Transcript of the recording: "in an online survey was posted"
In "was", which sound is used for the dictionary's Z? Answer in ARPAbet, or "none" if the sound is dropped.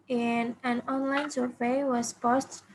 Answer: S